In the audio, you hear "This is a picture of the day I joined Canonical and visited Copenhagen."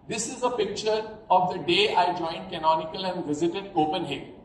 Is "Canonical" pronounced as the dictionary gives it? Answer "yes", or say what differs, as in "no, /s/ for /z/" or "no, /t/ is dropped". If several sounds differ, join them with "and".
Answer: yes